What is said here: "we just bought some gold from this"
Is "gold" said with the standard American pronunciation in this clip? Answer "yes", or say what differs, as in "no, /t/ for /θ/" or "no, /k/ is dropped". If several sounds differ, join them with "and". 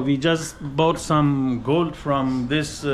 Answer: yes